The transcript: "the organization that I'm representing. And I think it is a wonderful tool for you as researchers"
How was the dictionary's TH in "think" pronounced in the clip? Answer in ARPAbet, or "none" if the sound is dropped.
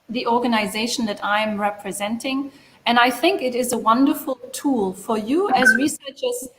TH